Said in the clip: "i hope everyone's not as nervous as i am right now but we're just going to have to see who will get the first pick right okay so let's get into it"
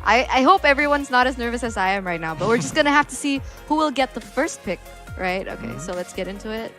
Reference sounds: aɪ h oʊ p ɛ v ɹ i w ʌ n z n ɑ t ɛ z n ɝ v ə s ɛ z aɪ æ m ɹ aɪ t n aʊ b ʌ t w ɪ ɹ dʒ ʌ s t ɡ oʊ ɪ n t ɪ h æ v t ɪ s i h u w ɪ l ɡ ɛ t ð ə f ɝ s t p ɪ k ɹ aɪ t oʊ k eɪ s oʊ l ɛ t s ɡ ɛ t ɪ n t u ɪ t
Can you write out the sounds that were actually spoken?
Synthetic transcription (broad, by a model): aɪ h oʊ p ɛ v ɹ i w ʌ n z n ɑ t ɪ z n ɝ v ə s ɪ z aɪ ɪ m ɹ aɪ t n aʊ b ʌ t w ɪ ɹ dʒ ʌ s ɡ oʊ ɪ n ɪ h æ f t ɪ s i h u w ɪ l ɡ ɛ t ð ə f ɝ s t p ɪ k ɹ aɪ t oʊ k eɪ s oʊ l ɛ t s ɡ ɛ t ɪ n t u ɪ t